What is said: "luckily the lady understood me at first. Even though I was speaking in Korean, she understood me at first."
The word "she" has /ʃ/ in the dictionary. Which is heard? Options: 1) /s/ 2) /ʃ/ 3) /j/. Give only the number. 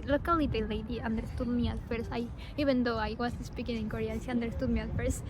1